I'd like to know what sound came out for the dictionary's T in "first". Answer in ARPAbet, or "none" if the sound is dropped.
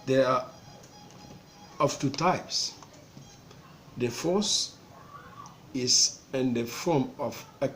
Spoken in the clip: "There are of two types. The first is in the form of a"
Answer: none